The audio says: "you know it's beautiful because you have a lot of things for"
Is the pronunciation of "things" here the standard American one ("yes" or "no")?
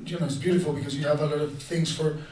yes